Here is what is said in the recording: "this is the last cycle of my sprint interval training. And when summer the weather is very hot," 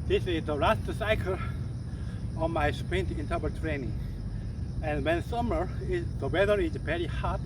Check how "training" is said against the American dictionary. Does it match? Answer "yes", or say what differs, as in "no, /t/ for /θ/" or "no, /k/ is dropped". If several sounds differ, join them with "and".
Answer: yes